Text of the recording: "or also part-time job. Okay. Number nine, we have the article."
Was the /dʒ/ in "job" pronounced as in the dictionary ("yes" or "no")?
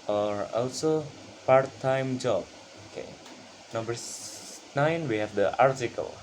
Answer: yes